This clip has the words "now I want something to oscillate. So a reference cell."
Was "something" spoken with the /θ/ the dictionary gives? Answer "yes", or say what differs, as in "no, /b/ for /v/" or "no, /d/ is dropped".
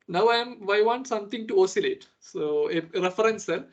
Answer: no, /t/ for /θ/